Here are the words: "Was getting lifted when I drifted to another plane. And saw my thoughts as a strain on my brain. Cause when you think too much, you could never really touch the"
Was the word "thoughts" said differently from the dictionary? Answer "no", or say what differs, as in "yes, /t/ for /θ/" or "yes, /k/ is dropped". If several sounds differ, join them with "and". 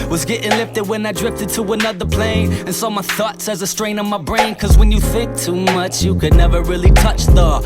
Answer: no